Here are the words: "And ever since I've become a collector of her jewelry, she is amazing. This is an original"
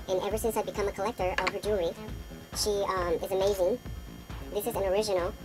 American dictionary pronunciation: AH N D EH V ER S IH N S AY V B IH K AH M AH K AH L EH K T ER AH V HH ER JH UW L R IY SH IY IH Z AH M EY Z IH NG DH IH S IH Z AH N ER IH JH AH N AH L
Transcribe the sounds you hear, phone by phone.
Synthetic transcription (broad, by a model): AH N EH V ER S IH N S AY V B IH K AH M AH K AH L EH K T ER AH V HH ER JH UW R IY SH IY IH Z AH M EY Z IH NG DH IH S IH Z AH N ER IH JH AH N L